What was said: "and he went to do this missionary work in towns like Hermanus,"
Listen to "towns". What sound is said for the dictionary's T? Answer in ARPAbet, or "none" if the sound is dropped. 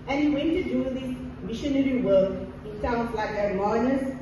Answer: S